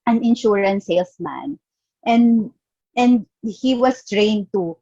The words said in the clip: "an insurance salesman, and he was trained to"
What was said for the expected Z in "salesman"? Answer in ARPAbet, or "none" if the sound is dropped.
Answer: S